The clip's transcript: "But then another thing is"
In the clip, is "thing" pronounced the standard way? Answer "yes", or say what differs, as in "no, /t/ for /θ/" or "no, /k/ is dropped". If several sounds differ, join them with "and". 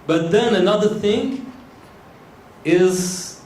yes